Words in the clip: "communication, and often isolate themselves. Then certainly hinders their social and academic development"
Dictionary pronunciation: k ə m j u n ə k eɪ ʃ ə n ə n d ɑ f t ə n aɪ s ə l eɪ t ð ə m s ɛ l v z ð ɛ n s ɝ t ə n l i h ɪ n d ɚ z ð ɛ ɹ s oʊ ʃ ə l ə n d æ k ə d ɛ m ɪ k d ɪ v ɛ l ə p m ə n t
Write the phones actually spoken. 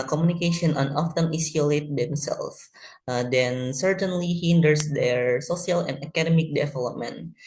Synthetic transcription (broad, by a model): k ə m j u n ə k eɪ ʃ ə n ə n ɑ f t ə n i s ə l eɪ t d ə m s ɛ l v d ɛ n s ɝ t ə n l i h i n d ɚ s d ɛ ɹ s oʊ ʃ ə l ə n d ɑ k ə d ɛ m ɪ k d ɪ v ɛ l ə p m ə n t